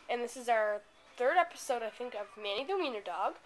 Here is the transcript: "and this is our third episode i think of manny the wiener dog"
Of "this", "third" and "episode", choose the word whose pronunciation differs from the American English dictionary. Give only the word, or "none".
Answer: none